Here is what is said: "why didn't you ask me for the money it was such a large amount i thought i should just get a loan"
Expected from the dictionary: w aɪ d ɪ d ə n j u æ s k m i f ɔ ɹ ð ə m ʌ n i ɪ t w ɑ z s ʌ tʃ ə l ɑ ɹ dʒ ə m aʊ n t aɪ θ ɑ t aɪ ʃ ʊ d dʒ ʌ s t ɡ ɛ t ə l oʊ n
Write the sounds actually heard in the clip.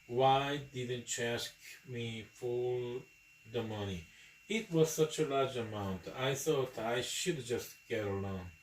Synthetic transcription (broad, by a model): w aɪ d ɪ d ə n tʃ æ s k m i f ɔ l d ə m ʌ n i ɪ t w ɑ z s ʌ tʃ ə l ɑ ɹ dʒ ə m aʊ n t aɪ s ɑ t aɪ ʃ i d dʒ ʌ s t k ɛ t ə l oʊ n